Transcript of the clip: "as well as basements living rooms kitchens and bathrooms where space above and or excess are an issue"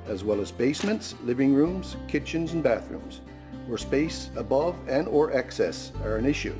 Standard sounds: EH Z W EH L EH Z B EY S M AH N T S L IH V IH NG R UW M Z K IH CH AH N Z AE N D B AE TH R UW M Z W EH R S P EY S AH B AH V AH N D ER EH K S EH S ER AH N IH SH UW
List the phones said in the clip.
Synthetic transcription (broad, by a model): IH Z W EH L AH Z B EY S M AH N T S L IH V IH NG R UW M Z K IH CH AH N Z N B AE TH R UW M Z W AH R S P EY S AH B AH V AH N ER EH K S EH S ER AH N IH SH UW